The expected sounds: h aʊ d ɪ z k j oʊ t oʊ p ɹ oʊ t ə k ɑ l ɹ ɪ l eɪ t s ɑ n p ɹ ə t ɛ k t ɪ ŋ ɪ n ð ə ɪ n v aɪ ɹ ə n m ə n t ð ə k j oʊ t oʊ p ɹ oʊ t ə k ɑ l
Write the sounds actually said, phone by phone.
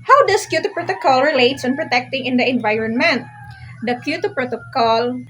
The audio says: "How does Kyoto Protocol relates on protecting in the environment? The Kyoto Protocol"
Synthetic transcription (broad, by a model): h aʊ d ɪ s k j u t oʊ p ɹ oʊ t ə k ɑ l ɹ ɪ l eɪ t s ɑ n p ɹ ə t ɛ k t ɪ ŋ ɪ n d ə ɪ n v aɪ ɹ ə n m ə n t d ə k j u t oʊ p ɹ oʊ t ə k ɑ l